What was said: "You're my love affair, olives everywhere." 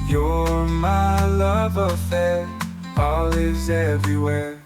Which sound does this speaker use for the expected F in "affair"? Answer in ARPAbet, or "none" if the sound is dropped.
F